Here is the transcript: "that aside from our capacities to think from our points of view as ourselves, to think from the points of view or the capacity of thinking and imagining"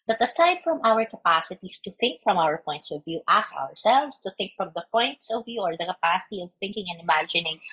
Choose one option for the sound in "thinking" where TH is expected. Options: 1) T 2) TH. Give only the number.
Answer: 2